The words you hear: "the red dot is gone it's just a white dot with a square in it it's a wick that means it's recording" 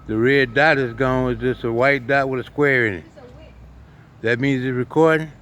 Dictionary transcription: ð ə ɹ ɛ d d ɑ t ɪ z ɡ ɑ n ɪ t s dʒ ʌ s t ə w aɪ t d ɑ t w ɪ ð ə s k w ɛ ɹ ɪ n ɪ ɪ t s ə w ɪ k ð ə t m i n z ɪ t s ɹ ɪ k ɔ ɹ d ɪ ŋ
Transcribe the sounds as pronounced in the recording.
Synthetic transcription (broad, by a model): ð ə ɹ ɛ d d ɑ t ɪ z ɡ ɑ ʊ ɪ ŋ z dʒ ʌ s t ə w aɪ t d ɑ t w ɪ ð ə s k w ɛ ɹ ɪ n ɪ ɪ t ð ə t m i n z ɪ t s ɹ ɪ k ɔ ɹ d ɪ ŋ